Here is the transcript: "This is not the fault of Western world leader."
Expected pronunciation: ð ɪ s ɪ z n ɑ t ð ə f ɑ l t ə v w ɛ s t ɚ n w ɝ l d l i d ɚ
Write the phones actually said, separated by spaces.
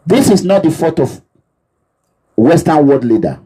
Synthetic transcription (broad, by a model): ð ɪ s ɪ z n ɑ t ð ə f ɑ t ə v w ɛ s t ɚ n w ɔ d l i d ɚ